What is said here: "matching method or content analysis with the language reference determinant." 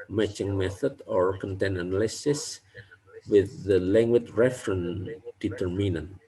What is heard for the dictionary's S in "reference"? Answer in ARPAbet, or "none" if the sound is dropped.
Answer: none